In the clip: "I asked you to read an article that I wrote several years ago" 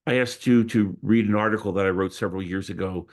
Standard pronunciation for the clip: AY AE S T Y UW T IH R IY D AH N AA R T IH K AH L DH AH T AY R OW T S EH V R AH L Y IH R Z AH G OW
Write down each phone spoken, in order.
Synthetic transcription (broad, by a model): AY AE S T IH T IH R IY D AH N AA R T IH K L DH AH T AY R OW T S EH V R L Y IH R Z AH G OW